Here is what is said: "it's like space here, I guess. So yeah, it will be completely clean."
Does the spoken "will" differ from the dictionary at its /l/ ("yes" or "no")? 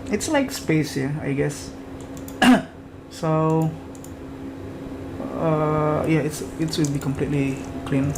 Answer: yes